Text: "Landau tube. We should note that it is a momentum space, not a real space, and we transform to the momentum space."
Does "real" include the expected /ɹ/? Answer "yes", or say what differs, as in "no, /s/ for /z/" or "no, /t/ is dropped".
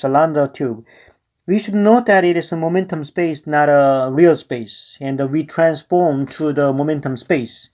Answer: yes